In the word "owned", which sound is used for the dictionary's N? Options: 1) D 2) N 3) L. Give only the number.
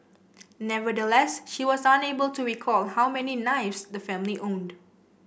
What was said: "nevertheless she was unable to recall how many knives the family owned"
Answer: 2